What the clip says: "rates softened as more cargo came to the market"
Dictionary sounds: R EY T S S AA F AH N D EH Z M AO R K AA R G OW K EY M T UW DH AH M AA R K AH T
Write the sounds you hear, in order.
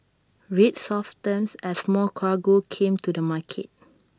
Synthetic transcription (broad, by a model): R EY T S S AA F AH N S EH S M AO L K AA G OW K EY M T UW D AH M AA K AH T